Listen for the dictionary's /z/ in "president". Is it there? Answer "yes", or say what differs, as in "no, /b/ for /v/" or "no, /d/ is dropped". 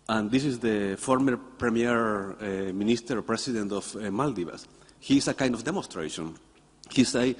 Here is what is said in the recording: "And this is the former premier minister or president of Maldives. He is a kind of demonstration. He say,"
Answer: no, /s/ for /z/